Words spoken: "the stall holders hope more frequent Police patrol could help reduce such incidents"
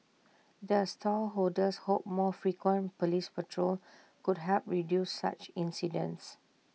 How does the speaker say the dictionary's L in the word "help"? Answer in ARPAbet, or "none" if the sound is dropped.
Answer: none